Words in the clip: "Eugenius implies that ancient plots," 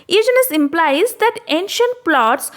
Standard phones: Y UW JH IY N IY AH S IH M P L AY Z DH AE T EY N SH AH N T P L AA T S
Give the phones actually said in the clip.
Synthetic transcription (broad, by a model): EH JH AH N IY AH S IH M P L AY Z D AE T EY N SH AH N T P L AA T S